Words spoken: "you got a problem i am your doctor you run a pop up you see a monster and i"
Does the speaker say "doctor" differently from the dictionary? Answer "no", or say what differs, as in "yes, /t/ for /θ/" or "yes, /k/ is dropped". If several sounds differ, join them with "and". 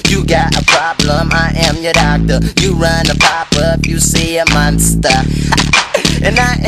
no